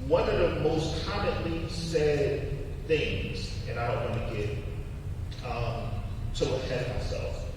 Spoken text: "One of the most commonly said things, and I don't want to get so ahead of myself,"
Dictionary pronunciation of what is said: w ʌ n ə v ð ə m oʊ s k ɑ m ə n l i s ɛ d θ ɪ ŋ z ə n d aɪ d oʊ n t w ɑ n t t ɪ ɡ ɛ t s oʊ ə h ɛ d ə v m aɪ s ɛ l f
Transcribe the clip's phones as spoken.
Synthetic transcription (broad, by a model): w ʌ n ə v ð ə m oʊ s k ɑ m ə n l i s ɛ d θ ɪ ŋ z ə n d aɪ d oʊ n t w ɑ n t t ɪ ɡ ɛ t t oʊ ə h ɛ d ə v m aɪ s ɛ l f